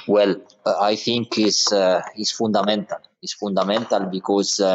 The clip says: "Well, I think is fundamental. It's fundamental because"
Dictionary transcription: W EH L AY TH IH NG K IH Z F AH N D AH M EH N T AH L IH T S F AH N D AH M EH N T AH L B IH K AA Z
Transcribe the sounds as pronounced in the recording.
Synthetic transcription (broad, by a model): W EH L AY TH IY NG K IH S F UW N D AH M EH N T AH L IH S F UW N D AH M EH N T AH L B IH K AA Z